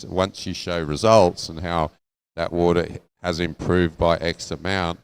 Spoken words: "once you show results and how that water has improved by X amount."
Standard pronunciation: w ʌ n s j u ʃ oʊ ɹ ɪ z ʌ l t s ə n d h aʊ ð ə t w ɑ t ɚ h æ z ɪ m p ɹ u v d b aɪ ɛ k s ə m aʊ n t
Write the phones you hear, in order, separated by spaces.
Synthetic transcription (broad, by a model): w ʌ n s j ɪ ʃ oʊ ɹ ɪ z ʌ l t s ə n h aʊ ð ə t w ɑ t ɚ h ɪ z ɪ m p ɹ u v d b aɪ ɛ k s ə m aʊ n t